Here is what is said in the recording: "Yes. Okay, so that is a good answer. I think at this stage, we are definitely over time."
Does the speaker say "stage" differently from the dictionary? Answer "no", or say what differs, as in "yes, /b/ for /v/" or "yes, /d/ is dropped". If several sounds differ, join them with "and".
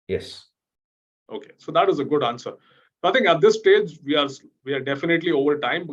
no